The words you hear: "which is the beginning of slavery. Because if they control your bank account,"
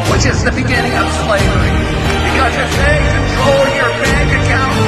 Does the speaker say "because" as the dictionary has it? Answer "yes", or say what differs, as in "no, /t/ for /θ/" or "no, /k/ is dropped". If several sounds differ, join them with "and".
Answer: no, /z/ is dropped